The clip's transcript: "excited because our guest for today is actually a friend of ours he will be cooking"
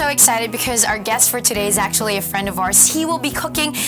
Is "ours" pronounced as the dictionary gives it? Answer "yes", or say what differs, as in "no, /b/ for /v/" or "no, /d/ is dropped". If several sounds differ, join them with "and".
no, /s/ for /z/